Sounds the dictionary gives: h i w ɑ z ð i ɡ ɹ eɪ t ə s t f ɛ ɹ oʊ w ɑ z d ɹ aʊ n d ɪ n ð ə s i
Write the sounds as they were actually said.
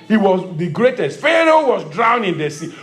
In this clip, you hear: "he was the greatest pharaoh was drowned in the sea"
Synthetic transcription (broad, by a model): h i w ɑ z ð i ɡ ɹ eɪ t ə s t f ɛ ɹ oʊ w ɑ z d ɹ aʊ n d ɪ n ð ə s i